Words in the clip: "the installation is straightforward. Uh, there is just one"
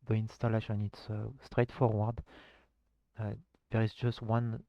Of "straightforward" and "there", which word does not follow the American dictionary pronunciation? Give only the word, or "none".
none